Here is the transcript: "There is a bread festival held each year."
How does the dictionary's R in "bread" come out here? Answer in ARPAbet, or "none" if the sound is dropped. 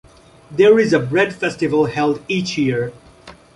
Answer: R